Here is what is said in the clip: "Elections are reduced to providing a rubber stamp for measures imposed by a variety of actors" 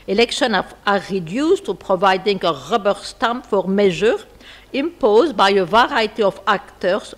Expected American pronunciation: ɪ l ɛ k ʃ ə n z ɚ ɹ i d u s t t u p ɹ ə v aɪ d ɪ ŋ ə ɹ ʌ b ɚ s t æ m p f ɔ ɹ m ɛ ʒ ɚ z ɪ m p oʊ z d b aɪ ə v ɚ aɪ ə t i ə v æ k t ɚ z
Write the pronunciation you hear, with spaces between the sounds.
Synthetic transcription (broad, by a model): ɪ l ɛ k ʃ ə n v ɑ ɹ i d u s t t u p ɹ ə v aɪ d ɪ ŋ ə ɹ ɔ b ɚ s t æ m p f ɔ ɹ m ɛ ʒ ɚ ɪ m p oʊ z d b aɪ ə v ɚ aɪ t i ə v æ k t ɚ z